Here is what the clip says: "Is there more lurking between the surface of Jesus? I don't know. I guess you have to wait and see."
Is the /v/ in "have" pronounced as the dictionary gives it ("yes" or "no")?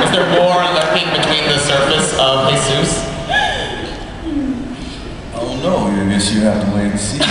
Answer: no